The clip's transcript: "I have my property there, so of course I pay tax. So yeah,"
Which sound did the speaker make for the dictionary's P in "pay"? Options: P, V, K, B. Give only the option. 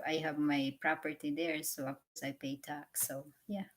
P